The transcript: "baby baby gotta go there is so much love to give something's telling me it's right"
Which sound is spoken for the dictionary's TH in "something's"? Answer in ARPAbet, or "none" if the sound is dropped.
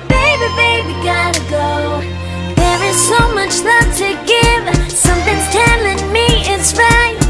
TH